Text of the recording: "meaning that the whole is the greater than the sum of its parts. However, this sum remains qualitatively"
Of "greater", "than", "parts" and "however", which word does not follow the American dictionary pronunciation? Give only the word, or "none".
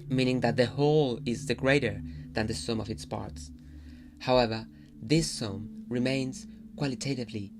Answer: none